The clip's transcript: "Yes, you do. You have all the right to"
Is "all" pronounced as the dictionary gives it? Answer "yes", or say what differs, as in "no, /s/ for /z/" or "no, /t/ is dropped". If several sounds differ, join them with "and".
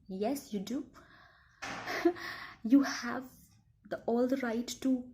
yes